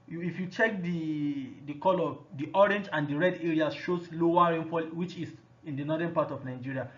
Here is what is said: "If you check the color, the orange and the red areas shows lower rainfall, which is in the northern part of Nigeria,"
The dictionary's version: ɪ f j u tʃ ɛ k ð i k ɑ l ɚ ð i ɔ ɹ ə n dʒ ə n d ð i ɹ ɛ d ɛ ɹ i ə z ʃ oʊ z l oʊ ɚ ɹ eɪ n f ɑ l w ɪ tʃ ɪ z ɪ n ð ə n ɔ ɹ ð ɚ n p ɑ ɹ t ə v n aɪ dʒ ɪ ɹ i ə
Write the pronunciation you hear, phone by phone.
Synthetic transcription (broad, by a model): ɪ f j u tʃ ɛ k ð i k ɑ l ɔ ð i ɔ ɹ ə n dʒ ə n d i ɹ ɛ d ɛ ɹ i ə ʃ oʊ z l oʊ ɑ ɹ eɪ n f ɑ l w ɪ tʃ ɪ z ɪ n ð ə n ɔ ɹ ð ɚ n p ɑ t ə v n aɪ dʒ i ɹ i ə